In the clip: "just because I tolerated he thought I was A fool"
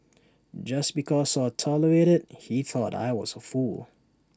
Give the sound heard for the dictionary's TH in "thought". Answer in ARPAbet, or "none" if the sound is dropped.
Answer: TH